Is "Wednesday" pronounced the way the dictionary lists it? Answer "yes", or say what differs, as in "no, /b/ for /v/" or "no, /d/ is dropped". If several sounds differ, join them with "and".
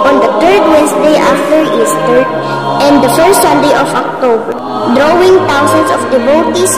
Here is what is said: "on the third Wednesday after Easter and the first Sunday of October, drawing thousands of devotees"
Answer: no, /s/ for /z/